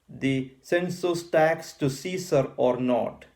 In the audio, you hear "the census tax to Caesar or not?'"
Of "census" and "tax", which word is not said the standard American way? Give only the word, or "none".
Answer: none